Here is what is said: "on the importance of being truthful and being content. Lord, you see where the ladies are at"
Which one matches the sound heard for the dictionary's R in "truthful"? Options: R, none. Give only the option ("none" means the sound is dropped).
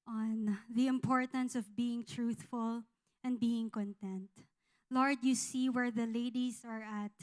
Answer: R